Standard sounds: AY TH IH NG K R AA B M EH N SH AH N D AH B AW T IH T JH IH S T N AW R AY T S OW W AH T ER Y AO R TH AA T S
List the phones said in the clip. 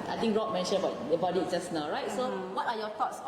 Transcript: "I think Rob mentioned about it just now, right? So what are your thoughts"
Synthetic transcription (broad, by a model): AY T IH NG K R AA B M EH N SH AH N AH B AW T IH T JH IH S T N AW R AY T S OW W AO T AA Y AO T AA T S